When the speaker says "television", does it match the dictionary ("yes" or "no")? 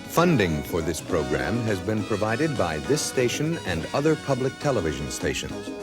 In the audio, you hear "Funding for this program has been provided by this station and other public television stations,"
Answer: yes